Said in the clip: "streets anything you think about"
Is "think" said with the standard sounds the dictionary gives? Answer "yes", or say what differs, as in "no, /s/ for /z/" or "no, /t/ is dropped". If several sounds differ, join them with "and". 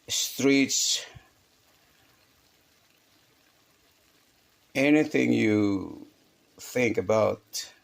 yes